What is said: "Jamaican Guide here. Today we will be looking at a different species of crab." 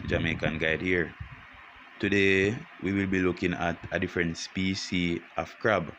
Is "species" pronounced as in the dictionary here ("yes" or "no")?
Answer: no